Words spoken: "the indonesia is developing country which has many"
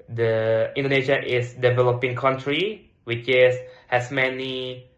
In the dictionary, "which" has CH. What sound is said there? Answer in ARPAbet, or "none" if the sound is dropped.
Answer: S